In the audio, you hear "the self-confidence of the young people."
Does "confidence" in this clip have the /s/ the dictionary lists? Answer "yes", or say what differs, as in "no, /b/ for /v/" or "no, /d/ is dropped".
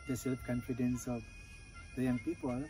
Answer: yes